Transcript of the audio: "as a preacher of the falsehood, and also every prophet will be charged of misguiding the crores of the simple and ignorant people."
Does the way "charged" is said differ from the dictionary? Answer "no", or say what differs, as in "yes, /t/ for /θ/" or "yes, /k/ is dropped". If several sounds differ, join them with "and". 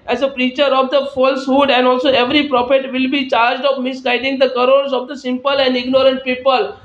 no